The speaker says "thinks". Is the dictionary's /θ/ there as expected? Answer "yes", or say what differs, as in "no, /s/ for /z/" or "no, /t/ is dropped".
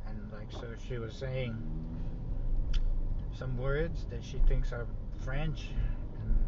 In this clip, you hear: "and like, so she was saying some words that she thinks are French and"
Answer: yes